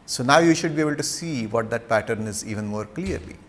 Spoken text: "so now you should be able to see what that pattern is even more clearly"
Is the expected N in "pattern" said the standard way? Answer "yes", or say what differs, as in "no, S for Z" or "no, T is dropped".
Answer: yes